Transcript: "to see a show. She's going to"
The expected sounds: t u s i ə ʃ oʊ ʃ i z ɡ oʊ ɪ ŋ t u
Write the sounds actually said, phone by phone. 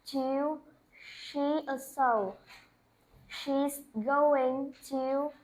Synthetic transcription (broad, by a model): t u ʃ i ə s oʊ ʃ i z ɡ oʊ ɪ ŋ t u